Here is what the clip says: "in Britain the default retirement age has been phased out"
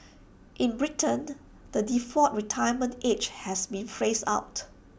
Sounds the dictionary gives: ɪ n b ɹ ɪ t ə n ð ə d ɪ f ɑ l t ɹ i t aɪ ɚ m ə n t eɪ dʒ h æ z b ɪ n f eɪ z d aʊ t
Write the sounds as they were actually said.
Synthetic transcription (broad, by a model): ɪ n b ɹ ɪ t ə n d ə d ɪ f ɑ t ɹ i t aɪ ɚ m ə n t eɪ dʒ h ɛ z b ɪ n f eɪ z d aʊ t